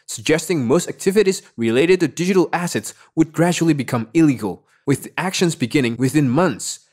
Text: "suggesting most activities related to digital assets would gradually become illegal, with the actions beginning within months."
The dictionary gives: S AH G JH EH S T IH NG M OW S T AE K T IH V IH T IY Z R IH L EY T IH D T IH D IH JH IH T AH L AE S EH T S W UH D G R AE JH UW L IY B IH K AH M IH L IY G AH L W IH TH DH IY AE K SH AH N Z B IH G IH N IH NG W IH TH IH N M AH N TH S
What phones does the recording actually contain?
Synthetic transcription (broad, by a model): S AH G JH EH S T IH NG M OW S T AE K T IH V IH T IY Z R IH L EY T IH D T IH D IH JH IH T L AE S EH T S W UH D G R AE JH UW L IY B IH K AH M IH L IY G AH L W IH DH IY AE K SH AH N Z B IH G IH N IH NG W IH TH IH N M AH N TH S